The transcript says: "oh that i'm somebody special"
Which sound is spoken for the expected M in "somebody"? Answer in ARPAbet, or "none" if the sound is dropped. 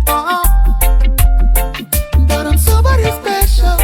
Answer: none